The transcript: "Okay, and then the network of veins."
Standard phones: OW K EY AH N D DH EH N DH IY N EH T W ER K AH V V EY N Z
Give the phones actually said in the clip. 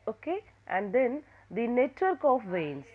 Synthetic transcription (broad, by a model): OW K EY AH N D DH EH N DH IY N EH T W ER K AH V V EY N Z